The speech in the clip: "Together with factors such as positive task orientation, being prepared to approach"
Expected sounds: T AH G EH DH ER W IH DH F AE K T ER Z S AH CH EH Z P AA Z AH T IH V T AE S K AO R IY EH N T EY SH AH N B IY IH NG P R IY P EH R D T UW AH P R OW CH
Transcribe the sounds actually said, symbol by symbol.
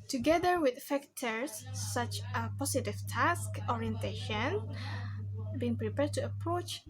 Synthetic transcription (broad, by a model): T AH G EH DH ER W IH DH F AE K T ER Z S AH CH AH P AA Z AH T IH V T AE S K AO R IY EH N T EY SH AH N B IY IH NG P R IY P EH R D T UW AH P R OW CH